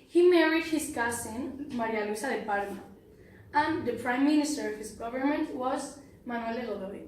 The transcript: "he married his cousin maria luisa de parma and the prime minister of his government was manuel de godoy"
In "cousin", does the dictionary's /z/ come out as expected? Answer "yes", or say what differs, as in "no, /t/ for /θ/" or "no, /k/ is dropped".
no, /s/ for /z/